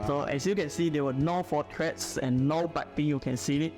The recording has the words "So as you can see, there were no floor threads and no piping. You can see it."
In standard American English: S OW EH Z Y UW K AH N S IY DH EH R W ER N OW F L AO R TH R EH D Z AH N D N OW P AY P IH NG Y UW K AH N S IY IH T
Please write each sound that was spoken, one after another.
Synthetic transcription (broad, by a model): S OW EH S Y UW K AH N S IY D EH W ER N OW F AO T R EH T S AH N N OW B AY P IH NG Y UW K AH N S IY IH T